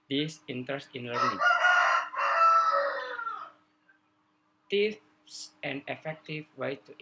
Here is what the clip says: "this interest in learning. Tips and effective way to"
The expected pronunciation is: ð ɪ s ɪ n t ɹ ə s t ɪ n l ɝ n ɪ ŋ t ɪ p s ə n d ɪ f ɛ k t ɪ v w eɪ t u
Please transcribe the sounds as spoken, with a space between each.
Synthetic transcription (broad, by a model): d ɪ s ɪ n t ɹ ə s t ɪ n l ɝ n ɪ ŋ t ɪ f s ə n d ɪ f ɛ k t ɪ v w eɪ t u